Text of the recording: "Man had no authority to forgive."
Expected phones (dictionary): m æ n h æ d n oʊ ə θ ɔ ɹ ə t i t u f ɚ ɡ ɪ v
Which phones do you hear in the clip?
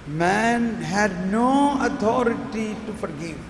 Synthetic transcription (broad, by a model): m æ n h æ d n oʊ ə t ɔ ɹ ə t i t u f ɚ ɡ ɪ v